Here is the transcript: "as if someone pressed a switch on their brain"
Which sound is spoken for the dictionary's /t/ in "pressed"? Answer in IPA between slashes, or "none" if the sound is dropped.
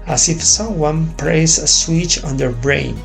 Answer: none